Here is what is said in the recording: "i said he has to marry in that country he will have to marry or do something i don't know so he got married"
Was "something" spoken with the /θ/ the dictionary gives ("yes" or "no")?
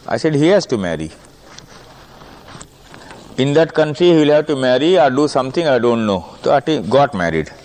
no